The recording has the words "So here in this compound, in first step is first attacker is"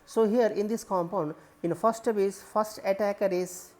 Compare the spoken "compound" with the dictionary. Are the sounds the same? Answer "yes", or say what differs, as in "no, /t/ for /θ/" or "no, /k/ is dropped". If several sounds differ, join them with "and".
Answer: yes